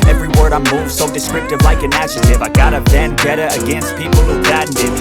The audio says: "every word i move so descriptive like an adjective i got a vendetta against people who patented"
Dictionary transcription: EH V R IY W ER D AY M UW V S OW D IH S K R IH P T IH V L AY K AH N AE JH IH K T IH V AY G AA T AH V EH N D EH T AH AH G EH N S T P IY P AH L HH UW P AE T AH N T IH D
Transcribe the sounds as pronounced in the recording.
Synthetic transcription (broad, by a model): EH V R IY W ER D AY M UW V S OW D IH S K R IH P T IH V L AY K AH N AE SH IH T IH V AY G AA T AH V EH N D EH T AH AH G EH N S T P IY P L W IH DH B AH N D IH